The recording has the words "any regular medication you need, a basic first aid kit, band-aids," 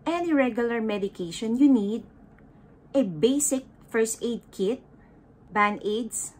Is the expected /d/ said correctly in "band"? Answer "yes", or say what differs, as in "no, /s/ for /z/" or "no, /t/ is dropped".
no, /d/ is dropped